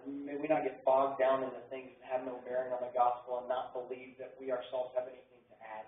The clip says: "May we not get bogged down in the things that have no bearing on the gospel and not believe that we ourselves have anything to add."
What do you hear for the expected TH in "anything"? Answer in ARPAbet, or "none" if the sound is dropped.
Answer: TH